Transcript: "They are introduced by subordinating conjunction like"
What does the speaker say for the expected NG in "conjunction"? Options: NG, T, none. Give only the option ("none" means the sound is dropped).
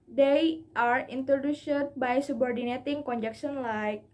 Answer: none